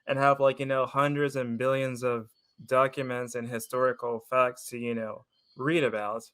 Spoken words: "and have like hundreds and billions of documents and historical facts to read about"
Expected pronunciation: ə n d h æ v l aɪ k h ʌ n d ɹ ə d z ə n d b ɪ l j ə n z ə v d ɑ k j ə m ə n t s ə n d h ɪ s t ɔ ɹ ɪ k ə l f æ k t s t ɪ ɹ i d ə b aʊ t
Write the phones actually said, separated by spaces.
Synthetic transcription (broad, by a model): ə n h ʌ v l aɪ k h ʌ n d ɹ ə d z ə n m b ɪ l j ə n z ə v d ɑ k j ə m ə n t s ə n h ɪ s t ɔ ɹ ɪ k l f æ k t s t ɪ ɹ i d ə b aʊ t